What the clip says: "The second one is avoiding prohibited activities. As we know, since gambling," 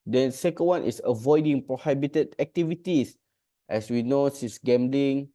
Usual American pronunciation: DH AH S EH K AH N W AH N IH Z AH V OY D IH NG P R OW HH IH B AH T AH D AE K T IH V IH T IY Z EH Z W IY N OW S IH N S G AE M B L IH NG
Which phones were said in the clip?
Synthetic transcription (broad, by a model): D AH S EH K AH N W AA N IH S AH V OY D IH NG P R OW HH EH B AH T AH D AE K T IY V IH T IY S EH S W IY N OW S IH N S G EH M B L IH NG